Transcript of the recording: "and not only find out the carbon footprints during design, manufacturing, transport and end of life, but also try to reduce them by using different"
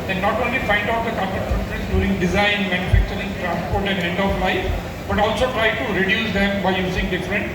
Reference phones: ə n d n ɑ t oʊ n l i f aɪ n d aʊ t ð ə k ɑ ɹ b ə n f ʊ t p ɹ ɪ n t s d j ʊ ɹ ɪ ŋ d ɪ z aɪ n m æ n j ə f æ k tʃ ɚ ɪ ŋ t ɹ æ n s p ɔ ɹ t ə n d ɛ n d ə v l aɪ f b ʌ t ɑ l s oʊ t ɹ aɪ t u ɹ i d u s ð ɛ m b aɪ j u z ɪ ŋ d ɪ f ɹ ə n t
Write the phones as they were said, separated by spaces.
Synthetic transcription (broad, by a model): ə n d n ɑ t oʊ n l i f aɪ n d aʊ t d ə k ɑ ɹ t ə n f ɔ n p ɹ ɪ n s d j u ɹ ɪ ŋ d ɪ z aɪ n m æ n j ə f æ k tʃ ɚ ɪ ŋ t ɹ æ n s p ɔ ɹ t ə n d ɛ n d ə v l aɪ f b ʌ t ɑ l s oʊ t ɹ aɪ t u ɹ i d u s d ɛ m b aɪ j u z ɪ ŋ d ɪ f ɹ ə n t